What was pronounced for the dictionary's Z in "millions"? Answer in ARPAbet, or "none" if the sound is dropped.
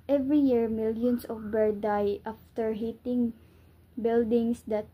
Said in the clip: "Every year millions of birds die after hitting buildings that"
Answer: S